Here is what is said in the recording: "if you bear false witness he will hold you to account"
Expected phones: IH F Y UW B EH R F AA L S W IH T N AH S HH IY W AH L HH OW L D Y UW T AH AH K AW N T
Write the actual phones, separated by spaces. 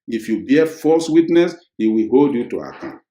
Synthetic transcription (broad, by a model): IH F Y UW B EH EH F AA S W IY T N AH S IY W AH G OW D Y UW T AH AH K AW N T